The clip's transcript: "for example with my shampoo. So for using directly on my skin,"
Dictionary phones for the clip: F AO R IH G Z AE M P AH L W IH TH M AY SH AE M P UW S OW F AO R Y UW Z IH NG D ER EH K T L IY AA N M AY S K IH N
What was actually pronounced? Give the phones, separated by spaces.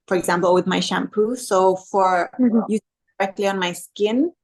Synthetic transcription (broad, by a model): F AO R IH G Z AE M P AH L W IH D M AY SH AE M P UW S OW F AO R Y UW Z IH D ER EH K T L IY AA N M AY S K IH N